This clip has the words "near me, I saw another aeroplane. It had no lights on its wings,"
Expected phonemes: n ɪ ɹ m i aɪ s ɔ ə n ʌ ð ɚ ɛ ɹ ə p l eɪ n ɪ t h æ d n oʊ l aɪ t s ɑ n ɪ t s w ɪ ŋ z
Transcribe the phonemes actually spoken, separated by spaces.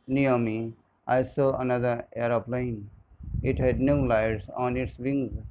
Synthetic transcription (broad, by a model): n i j m i aɪ s ɔ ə n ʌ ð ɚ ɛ ɹ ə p l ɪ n ɪ t h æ d n oʊ l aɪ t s ɑ n ɪ t s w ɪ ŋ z